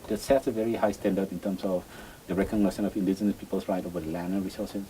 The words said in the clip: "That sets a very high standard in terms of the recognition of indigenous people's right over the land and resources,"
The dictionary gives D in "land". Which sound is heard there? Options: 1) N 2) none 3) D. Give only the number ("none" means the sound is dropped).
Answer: 2